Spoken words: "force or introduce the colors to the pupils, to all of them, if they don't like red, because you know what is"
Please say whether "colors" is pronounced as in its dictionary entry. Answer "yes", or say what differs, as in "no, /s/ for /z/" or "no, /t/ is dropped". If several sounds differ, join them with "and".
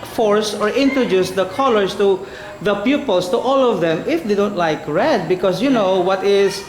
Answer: no, /s/ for /z/